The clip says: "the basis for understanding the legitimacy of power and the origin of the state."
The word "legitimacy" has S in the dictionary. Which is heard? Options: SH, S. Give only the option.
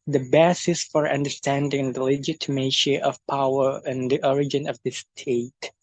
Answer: SH